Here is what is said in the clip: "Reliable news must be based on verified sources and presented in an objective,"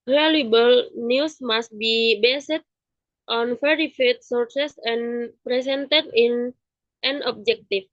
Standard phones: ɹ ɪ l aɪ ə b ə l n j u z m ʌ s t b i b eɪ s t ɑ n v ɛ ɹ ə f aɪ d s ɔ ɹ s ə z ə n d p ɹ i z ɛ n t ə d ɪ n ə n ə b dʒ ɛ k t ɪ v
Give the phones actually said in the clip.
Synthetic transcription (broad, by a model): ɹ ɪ l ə b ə l n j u s m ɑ s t b i b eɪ s t ɑ n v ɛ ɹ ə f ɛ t s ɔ ɹ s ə s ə n p ɹ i s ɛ n t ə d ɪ n ə n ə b dʒ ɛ k t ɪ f